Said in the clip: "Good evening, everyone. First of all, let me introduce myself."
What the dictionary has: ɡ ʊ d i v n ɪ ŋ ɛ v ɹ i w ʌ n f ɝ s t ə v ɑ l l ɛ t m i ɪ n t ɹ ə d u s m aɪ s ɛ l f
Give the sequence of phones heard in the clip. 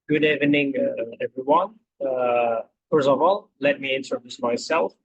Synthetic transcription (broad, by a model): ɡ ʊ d i v n ɪ ŋ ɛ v ɹ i w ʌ n f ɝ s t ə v ɑ l l ɛ t m i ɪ n s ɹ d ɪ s m aɪ s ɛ l f